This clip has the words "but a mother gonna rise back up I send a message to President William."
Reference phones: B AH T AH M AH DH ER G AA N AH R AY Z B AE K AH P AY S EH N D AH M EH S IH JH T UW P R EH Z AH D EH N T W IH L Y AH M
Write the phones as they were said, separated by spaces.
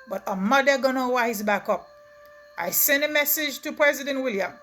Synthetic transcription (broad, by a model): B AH T AH M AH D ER G AA N AH W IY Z B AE K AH P AY S EH N D AH M EH S IH JH T UW P R EH Z AH D EH N T W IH L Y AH M